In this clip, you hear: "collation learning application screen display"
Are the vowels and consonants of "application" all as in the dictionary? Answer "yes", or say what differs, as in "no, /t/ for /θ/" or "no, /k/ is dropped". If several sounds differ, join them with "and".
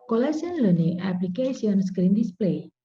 no, /s/ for /ʃ/